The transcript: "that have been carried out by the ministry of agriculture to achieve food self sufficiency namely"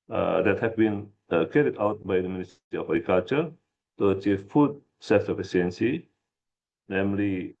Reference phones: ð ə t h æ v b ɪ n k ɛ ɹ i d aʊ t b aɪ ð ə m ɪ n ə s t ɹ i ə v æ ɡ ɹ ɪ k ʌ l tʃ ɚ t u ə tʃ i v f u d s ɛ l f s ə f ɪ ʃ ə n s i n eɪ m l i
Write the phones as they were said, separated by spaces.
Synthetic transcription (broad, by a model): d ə t h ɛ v b ɪ n k ɛ ɹ i d aʊ t b aɪ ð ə m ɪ n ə s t i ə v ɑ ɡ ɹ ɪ k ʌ l tʃ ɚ t u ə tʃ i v f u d s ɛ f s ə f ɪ s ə n s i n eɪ m l i